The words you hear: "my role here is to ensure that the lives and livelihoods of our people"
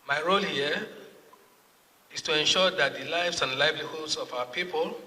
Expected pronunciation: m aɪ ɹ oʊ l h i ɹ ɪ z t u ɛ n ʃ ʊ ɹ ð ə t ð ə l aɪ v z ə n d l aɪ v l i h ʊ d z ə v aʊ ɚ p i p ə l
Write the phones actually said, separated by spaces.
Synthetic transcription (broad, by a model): m aɪ ɹ oʊ l h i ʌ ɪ s t u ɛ n ʃ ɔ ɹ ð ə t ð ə l aɪ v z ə n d l aɪ v l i h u d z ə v aʊ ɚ p i p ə l